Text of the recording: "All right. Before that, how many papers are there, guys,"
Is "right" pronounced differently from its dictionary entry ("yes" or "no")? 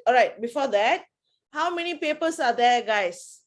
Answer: no